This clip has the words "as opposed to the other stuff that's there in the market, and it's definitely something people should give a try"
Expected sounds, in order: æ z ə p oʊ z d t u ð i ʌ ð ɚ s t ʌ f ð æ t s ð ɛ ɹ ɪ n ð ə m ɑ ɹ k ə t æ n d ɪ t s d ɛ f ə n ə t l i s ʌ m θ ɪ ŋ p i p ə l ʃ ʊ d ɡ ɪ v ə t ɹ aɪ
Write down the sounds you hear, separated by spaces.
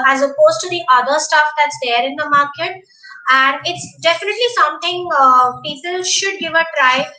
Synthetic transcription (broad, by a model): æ z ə p oʊ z t u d i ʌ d ɚ s t ʌ f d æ t s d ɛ ɹ ɪ n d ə m ɑ ɹ k ə t æ n d ɪ t s d ɛ f ə n ə t l i s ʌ m t ɪ ŋ p i p ə l ʃ ʊ d ɡ ɪ v ə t ɹ aɪ